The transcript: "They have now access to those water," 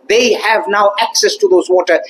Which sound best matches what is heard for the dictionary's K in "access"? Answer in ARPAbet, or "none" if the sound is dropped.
K